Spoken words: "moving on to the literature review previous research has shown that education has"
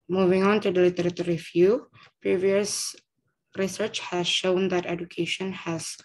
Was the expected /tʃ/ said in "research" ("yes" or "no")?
yes